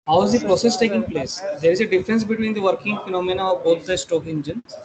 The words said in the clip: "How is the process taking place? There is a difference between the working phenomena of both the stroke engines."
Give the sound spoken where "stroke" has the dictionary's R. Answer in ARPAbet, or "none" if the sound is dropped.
none